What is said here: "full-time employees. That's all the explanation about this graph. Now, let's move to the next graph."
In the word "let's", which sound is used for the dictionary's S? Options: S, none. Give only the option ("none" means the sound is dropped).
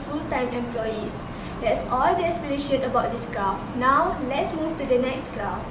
S